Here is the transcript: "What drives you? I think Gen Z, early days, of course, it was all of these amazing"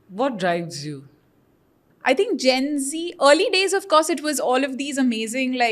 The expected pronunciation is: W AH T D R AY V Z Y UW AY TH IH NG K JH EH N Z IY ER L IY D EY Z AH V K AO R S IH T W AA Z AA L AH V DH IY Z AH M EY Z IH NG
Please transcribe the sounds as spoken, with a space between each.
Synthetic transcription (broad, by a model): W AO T D R AY V Z Y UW AY T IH NG K JH EH N Z IY ER L IY D EY Z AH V K AO R S IH T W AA Z AA L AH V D IY Z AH M EY Z IH NG